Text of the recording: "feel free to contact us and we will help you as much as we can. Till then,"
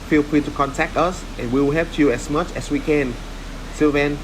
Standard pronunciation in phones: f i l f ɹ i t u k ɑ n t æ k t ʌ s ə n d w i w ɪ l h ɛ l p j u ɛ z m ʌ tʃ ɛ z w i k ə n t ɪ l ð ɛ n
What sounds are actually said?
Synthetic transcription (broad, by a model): f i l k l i t u k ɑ n t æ k t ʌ s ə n w i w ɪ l h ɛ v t j u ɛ s m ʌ tʃ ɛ s w i k ə n s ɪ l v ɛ n